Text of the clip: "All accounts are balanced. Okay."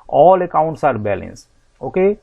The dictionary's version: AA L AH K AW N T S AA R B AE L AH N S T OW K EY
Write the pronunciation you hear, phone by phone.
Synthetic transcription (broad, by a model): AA L AH K AW N T S AA R B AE L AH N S OW K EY